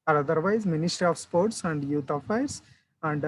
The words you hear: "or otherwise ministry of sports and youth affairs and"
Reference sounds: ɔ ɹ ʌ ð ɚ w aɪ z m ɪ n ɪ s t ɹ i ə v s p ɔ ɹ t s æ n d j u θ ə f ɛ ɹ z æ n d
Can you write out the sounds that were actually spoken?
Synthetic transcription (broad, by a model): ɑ ɹ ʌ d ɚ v aɪ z m ɪ n ɪ s t ɹ i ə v s p ɔ ɹ t s æ n d j u t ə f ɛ ɹ s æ n d